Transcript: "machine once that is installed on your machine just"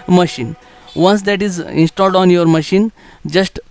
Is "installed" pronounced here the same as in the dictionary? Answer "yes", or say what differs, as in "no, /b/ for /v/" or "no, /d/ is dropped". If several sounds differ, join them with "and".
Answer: yes